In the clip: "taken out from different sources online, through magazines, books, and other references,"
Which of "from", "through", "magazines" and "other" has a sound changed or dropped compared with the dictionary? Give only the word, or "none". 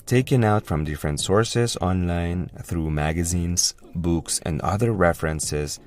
none